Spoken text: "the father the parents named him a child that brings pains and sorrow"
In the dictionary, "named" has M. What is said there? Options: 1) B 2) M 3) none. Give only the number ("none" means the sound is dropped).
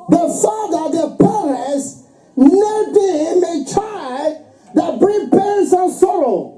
3